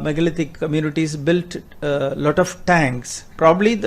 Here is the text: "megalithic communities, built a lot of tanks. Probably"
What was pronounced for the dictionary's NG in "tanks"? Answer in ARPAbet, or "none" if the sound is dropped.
NG